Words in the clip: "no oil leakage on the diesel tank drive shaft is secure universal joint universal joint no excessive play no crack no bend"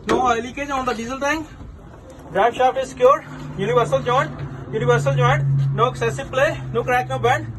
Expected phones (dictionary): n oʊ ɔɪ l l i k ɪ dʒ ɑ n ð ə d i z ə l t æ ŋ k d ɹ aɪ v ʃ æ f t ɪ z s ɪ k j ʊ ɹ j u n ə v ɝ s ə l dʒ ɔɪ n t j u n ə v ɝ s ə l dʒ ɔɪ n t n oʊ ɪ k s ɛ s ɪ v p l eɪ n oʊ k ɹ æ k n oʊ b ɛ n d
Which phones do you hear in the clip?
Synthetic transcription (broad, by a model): n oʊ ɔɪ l l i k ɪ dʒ ɑ n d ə d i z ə l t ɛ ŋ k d ɹ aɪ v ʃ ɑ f ɪ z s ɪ k j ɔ ɹ j u n ə v ɝ s ə l dʒ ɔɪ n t j u n ə v ɝ s ə l dʒ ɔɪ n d n oʊ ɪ k s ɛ s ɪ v p l eɪ n oʊ k ɹ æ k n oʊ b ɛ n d